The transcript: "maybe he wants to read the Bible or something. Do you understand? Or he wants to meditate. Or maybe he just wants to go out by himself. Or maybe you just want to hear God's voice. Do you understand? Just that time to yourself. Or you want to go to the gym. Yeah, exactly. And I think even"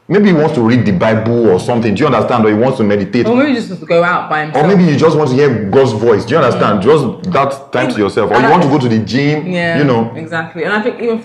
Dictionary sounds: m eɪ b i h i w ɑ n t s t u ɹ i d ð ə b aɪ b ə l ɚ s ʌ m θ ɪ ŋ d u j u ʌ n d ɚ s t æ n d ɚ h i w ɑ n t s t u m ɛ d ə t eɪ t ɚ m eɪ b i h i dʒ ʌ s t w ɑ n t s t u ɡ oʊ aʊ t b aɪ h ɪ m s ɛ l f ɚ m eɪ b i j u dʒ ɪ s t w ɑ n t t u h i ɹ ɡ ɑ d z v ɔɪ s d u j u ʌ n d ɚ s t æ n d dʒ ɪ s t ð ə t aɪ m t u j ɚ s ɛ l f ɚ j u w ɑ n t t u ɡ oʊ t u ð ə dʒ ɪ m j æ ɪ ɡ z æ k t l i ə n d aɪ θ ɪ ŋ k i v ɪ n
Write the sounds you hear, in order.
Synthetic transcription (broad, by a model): m eɪ b i h i w ɑ n t s t u ɹ i d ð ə b aɪ b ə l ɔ s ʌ m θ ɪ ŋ d u j u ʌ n d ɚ s t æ n d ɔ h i w ɑ n t s t u m ɛ d ə t eɪ t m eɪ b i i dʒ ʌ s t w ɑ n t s t u ɡ oʊ aʊ t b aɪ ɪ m ɔ m eɪ b i j u dʒ ɪ s t w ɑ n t t u h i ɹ ɡ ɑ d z v ɔɪ s d u j u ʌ n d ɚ s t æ n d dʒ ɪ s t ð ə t aɪ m t u j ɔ s ɛ l f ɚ j u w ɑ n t t u ɡ oʊ t u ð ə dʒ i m j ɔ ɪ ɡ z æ k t l i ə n aɪ θ ɪ ŋ k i v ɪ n